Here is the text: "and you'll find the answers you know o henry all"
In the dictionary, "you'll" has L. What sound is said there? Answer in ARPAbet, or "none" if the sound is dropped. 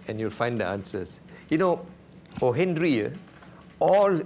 L